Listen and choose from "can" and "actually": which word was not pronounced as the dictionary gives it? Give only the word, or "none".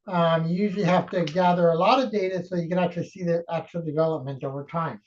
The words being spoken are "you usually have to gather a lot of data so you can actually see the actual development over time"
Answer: none